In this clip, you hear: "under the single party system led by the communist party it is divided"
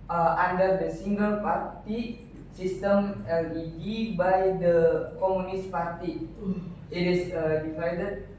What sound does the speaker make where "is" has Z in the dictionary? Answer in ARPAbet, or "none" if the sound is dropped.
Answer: S